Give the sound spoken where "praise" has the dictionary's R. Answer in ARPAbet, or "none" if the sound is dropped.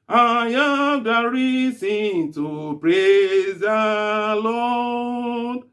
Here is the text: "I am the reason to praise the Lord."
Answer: R